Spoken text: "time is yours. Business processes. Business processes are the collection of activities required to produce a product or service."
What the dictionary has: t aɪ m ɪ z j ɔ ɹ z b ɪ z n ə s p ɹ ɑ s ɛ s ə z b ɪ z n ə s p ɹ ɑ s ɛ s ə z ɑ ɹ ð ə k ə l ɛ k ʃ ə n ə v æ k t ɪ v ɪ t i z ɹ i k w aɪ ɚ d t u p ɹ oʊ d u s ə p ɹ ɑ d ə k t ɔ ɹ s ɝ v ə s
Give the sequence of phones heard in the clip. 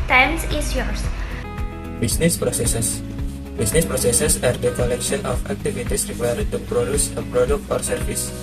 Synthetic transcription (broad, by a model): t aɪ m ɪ s j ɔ ɹ s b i s n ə s p ɹ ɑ s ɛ s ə s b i s n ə s p ɹ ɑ s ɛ s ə s ɑ ɹ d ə k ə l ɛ k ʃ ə n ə f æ k t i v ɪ t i s ɹ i k w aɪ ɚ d t u p ɹ oʊ d u s ə p ɹ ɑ d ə k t ɔ ɹ s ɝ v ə s